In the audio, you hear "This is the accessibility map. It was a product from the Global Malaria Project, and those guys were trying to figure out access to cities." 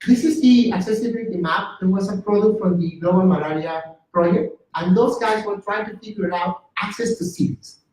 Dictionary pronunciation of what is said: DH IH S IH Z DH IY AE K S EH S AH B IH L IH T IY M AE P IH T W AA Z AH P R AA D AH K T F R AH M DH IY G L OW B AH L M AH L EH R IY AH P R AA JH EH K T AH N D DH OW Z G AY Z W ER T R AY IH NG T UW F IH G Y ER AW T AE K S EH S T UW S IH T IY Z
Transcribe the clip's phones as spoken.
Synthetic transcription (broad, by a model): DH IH S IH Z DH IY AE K S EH S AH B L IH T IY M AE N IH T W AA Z AH P R AA D AH K T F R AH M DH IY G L OW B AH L M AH L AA R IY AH P R AA JH EH K T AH N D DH OW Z G AY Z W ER T R AY IH NG T UW P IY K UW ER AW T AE K S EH S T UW S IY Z